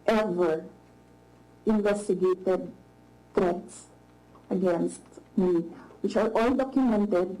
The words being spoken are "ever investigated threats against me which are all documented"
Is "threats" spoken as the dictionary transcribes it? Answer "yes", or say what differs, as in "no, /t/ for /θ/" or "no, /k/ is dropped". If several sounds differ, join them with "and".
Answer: no, /t/ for /θ/